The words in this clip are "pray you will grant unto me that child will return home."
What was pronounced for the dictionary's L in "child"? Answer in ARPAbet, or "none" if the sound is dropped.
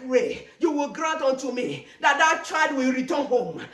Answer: none